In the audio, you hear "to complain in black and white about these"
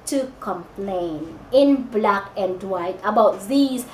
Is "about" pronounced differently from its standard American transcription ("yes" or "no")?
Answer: no